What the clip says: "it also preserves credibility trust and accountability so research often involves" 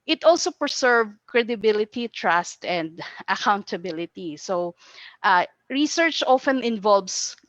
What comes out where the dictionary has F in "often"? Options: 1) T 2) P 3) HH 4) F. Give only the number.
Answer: 4